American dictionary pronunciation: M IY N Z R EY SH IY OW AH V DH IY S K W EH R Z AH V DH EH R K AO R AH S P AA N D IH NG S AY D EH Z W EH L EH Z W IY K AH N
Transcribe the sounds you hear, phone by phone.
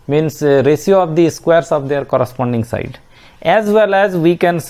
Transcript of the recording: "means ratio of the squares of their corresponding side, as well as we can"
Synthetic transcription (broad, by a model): M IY N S R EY S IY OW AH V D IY S K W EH R S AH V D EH R K AO R AH S P AA N D IH NG S AY D EH Z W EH L EH Z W IY K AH N